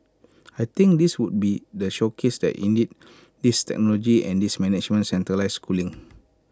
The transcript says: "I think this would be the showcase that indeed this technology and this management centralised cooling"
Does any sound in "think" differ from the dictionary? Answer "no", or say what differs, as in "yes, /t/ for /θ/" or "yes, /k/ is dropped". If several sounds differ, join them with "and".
yes, /t/ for /θ/